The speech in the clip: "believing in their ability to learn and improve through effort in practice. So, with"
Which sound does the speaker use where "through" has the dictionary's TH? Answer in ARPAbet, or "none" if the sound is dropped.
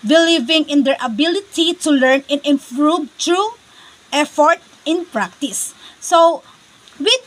T